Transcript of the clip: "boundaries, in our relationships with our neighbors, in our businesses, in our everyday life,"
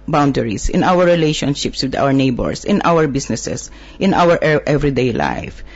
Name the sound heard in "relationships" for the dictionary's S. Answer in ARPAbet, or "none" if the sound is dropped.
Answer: S